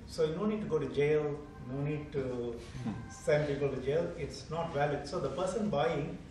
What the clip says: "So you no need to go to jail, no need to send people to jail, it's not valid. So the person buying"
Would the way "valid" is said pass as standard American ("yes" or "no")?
yes